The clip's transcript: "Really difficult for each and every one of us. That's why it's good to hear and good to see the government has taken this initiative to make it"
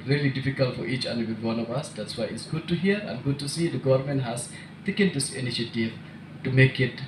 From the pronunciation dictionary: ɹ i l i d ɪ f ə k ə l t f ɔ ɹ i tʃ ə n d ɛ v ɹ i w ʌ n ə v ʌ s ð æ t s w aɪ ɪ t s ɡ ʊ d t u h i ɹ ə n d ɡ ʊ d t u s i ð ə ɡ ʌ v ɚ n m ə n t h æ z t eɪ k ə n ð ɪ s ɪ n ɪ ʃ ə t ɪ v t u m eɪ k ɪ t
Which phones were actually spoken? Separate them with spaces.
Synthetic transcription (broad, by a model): ɹ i l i d ɪ f ə k ə l t f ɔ ɹ i tʃ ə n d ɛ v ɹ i w ʌ n ə v ʌ s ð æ t s w aɪ ɪ t s ɡ ʊ d t u h i ɹ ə n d ɡ ʊ d t u s i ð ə ɡ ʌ v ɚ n m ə n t h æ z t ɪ k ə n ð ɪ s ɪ n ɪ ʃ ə t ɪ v t u m eɪ k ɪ t